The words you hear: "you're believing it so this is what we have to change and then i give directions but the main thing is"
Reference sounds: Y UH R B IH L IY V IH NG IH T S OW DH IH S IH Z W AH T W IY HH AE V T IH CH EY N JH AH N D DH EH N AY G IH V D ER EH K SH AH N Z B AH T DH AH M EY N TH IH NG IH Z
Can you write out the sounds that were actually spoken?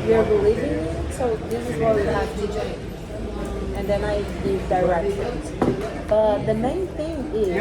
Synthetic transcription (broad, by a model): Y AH R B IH L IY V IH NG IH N S OW DH IH S IH Z W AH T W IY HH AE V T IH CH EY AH N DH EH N AY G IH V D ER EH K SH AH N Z B AH T DH AH M EY N TH IH NG IH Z